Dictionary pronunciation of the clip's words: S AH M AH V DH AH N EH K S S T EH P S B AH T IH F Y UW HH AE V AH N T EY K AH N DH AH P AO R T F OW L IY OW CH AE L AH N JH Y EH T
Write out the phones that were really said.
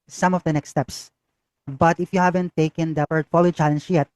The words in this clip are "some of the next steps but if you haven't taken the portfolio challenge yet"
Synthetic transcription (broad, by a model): S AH M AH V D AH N EH K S S T EH P S B AH T IH F Y UW HH AE V AH N T EY K AH N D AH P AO R T F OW L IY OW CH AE L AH N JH Y EH T